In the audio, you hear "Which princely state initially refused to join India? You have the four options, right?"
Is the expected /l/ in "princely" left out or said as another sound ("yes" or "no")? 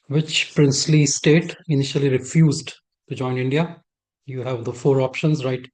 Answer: no